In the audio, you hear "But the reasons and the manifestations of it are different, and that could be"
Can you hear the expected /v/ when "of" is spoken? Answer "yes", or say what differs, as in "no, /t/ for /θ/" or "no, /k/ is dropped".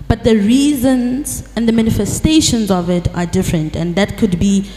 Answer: yes